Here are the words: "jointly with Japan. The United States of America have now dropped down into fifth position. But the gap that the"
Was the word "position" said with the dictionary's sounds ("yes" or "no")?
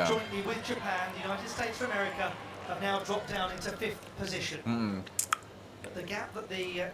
yes